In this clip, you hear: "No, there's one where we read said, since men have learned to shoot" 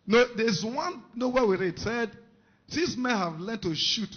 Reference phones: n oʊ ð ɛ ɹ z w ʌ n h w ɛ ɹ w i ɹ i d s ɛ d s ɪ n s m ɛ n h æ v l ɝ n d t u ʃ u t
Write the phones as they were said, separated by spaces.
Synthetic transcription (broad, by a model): n oʊ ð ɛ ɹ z w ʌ n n w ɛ w i ɹ i d s ɛ d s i s m ɛ n h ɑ v l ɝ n t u ʃ u t